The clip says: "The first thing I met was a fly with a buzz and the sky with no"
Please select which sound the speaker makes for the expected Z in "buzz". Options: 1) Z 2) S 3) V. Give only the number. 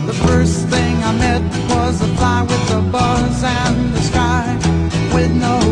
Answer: 1